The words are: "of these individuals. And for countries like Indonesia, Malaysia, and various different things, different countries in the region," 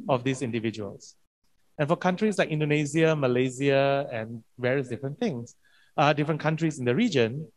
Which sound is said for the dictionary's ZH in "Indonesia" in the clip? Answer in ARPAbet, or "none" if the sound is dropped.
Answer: Z